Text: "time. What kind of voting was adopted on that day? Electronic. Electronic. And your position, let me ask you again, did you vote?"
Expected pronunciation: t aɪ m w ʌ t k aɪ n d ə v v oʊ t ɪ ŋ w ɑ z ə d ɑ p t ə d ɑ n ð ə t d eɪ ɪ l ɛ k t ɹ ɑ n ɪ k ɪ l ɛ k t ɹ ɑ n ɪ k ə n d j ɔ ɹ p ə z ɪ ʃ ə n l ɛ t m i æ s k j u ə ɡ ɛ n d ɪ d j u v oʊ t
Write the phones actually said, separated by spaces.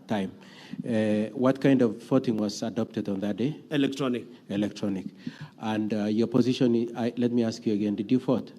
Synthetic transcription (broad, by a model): t aɪ m w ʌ t k aɪ n d ə v f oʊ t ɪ ŋ w ɑ z ə d ɑ p t ə d ɑ n ð ə t d eɪ ɪ l ɛ k t ɹ ɑ n ɪ k ɪ l ɛ k t ɹ ɑ n ɪ k ə n d j ɔ ɹ p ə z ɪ ʃ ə n l ɛ t m i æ s k j u ə ɡ ɛ n d ɪ d j u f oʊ t